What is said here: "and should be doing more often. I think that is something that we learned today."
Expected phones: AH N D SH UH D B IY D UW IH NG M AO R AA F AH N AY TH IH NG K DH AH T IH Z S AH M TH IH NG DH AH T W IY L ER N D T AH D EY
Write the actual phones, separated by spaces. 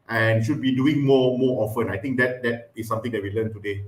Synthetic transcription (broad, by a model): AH N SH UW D B IY D UW IH NG M AO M AA F AH N AY T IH NG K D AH T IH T S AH M T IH NG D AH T W IY L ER N T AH D EY